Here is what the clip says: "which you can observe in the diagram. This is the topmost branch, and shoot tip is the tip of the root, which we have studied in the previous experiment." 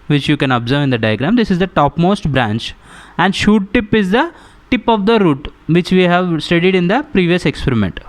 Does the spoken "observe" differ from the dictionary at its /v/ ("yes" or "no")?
no